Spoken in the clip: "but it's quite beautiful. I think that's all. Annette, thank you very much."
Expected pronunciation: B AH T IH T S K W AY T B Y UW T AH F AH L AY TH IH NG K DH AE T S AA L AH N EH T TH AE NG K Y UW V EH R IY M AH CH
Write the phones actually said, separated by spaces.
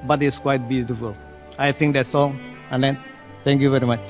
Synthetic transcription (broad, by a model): B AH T IH T S K W AY T B Y UW T AH F AH L AY T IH NG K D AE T S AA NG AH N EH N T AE NG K Y UW V EH R IY M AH CH